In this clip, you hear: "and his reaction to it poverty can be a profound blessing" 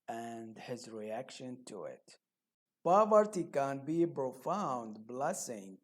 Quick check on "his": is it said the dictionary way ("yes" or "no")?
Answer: yes